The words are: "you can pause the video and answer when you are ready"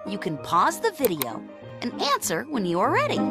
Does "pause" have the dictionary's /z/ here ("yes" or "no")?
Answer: yes